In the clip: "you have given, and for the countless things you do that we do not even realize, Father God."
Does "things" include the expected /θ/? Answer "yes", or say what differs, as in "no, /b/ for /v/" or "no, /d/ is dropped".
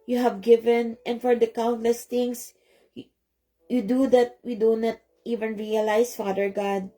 no, /t/ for /θ/